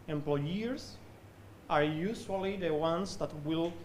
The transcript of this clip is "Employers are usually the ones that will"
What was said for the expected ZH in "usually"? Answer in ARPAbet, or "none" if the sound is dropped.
S